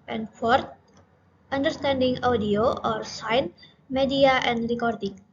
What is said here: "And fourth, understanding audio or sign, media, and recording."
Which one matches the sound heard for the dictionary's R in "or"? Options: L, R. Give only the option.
R